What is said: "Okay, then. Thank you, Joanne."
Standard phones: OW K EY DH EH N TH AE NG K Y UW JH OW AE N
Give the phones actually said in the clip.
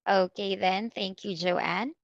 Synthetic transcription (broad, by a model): OW K EY DH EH N TH AE NG K Y UW JH OW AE N